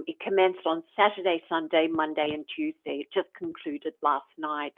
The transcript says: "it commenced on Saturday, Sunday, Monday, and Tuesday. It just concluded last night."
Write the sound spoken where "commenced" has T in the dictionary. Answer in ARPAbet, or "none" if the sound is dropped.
T